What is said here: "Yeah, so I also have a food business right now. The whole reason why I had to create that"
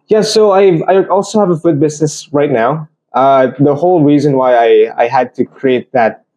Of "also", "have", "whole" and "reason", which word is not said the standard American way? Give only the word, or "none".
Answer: none